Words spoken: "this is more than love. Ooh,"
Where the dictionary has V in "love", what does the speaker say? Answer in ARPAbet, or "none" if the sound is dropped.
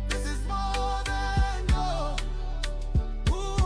none